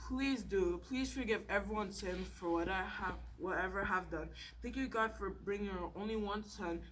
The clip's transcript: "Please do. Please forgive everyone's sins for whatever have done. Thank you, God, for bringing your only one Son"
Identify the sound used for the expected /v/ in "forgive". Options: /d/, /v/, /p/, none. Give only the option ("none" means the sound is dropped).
/v/